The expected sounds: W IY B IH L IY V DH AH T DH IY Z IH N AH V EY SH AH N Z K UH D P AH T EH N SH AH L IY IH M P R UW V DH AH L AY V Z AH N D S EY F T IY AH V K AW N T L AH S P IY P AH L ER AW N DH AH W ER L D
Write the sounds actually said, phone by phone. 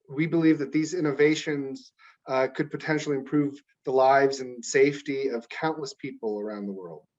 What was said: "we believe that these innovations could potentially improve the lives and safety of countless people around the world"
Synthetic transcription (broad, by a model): W IY B IH L IY V DH AH T DH IY Z IH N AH V EY SH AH N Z K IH D P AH T EH N SH L IY IH M P R UW V DH AH L AY V Z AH N S EY F T IY AH V K AW N T L AH S P IY P L ER AW N DH AH W ER L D